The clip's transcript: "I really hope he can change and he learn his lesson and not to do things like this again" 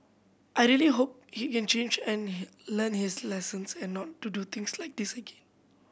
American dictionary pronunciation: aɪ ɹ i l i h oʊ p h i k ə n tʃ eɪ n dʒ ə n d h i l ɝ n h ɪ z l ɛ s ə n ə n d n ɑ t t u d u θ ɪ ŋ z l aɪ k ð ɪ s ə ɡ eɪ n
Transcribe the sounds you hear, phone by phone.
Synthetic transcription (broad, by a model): aɪ ɹ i l i h oʊ p h i k ə n tʃ eɪ n dʒ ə n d l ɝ n h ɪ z l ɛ s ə n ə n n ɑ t t u d u t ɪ ŋ s l aɪ k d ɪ s ə ɡ eɪ n